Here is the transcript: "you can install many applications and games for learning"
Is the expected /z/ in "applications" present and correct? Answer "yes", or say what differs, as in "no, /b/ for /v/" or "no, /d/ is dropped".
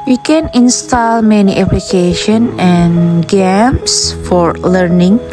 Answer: no, /z/ is dropped